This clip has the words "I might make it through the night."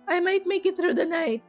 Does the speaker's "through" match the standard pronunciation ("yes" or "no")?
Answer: no